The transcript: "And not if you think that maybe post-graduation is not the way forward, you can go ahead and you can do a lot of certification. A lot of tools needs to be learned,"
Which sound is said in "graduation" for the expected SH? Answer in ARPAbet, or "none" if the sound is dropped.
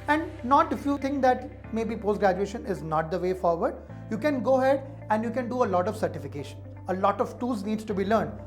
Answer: SH